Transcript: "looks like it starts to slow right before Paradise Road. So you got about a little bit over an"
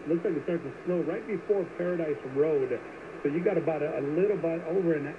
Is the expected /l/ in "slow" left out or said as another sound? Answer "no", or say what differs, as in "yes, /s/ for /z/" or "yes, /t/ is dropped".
yes, /n/ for /l/